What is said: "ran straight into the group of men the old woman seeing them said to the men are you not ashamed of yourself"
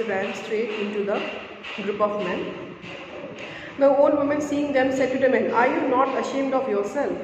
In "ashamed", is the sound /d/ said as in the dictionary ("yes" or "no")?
yes